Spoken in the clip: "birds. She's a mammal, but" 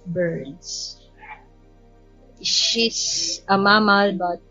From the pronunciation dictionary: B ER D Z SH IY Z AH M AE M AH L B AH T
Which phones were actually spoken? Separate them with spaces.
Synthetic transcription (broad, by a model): B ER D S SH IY S AH M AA M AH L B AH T